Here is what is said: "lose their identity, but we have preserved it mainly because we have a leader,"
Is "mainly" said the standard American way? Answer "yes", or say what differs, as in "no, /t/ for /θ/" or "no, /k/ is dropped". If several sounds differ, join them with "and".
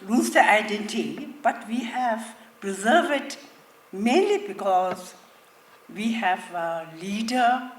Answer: yes